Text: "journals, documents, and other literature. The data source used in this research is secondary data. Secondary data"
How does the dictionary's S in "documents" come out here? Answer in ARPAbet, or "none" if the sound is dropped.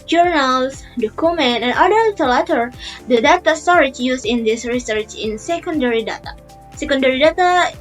none